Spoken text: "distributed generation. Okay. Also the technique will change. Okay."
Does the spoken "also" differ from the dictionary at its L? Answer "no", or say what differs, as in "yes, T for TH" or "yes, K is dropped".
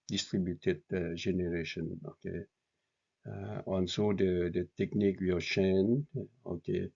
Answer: yes, N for L